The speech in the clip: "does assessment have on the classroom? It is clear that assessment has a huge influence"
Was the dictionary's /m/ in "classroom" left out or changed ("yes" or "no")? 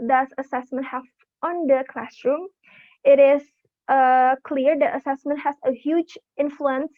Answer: no